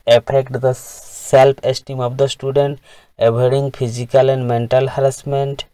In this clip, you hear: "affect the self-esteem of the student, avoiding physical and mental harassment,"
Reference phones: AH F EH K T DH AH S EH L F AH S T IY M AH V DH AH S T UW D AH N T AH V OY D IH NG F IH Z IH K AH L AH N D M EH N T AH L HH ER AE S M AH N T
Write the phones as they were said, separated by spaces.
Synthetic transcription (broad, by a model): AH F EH K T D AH S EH L P AH S T IY M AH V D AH S T UW D AH N T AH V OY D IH NG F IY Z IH K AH L AH N D M EH N T AH L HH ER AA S M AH N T